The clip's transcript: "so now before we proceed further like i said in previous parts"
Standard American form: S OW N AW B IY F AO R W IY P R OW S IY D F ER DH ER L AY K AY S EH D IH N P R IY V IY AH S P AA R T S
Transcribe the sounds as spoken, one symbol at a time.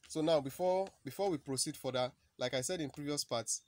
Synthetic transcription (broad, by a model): S OW N AW B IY F AO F W IY P R OW S IY D F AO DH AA L AY K AY S EH D IH N P R IY V IY AH S P AA T S